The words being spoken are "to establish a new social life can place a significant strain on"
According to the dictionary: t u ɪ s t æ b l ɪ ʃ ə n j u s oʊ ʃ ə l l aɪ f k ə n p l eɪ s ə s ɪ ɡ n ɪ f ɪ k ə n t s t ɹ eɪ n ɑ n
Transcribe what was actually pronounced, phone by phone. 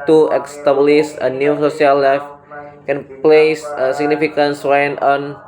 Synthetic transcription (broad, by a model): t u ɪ s t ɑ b l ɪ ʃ ə n j u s oʊ s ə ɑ l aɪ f k ə n p l eɪ s ə s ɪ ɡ n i f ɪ k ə n s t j n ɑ n